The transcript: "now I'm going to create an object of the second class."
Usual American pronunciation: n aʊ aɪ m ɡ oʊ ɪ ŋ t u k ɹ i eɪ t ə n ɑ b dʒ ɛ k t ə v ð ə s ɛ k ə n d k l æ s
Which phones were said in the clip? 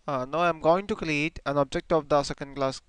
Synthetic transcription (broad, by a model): n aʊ aɪ m ɡ oʊ ɪ ŋ t u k l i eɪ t ə n ɑ b dʒ ɛ k t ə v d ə s ɛ k ə n d k l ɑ s